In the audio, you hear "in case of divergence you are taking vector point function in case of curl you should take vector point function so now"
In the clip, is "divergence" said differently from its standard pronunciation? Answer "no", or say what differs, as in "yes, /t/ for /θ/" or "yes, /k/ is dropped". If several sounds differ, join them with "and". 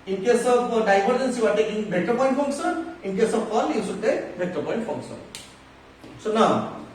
yes, /b/ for /v/